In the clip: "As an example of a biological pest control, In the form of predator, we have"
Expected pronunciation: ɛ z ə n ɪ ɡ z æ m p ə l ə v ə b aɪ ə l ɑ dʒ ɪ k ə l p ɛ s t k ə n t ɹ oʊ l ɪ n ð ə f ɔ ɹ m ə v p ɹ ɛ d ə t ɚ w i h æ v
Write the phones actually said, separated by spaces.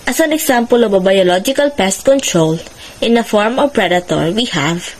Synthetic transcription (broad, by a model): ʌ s ə n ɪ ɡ s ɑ m p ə l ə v ə b aɪ ə l ɑ dʒ ɪ k ə l p ɛ s t k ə n t ɹ oʊ l ɪ n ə f ɔ ɹ m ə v p ɹ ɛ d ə t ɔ w i h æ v